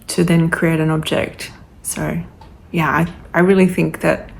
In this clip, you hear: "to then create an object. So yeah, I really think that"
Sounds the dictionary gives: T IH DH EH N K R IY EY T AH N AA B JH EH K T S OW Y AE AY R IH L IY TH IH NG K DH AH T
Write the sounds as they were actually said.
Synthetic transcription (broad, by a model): T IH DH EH N K R IY EY T AH N AA B JH EH K T S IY Y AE AY R IH L IY TH IH NG K DH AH T